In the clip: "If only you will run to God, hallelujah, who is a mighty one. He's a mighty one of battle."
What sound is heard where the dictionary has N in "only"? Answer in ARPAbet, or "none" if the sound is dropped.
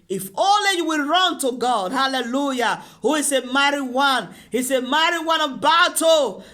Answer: none